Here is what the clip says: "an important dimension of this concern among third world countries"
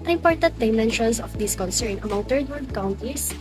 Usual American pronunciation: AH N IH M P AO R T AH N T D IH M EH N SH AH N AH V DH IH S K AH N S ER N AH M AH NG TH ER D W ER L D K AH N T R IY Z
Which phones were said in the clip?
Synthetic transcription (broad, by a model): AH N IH M P AO R T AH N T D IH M EH N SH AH N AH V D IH S K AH N S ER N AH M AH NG T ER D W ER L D K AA N T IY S